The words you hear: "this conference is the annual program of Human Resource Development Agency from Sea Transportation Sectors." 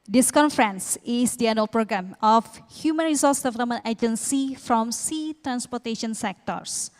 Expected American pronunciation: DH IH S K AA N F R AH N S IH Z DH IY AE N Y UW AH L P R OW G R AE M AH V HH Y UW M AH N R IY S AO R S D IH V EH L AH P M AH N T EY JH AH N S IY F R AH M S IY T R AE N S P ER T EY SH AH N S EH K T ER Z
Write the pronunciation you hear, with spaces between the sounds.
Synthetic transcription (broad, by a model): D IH S K AA N F R AH N S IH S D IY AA N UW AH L P R OW G R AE M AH F HH Y UW M AH N R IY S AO S D IH V EH L AH P M AH N T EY JH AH N S IY F R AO M S IY T R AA N S P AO T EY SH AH N S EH K T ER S